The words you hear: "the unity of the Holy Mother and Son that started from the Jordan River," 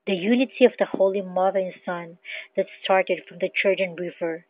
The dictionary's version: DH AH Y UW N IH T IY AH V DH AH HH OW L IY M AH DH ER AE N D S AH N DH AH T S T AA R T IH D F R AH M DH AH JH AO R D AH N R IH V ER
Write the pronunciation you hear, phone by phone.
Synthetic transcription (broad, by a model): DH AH Y UW N IH T IY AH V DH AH HH OW L IY M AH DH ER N S AH N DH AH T S T AA R T IH D F R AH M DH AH CH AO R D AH N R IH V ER